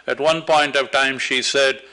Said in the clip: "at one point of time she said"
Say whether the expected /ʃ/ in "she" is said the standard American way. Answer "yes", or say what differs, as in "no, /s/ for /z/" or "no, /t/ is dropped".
yes